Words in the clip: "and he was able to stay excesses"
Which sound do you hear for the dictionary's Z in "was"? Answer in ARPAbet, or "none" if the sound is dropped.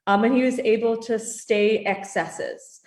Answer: Z